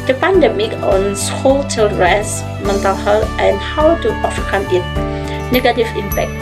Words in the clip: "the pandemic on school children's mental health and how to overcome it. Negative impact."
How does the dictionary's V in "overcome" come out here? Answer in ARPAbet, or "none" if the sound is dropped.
F